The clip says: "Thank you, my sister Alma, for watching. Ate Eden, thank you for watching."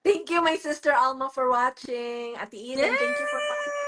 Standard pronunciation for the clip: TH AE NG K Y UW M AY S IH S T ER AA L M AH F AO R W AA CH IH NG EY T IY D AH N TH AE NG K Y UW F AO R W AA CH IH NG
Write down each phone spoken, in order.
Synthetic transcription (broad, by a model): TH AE NG K Y UW M AY S IH S T ER AA L M AH F AO R W AA CH IH NG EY T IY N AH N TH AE NG K Y UW F AO R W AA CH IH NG